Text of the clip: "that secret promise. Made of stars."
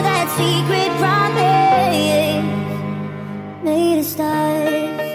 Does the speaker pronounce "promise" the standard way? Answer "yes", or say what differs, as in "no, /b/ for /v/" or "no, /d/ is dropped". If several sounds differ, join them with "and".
no, /s/ is dropped